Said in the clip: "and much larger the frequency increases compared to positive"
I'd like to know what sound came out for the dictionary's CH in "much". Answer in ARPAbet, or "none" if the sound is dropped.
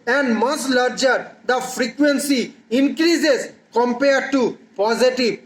S